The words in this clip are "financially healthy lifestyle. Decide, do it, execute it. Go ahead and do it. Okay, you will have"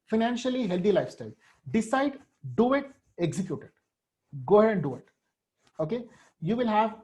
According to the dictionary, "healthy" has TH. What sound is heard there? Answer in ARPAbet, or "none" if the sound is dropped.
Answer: T